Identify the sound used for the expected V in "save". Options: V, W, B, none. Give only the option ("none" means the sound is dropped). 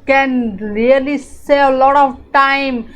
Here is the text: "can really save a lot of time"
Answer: none